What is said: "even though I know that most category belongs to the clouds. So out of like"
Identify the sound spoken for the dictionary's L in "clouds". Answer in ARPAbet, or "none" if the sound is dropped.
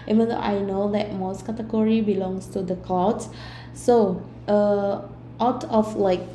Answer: none